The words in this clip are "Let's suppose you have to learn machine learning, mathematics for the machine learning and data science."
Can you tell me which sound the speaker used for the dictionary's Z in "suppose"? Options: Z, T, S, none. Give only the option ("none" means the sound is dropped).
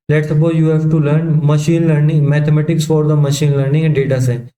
none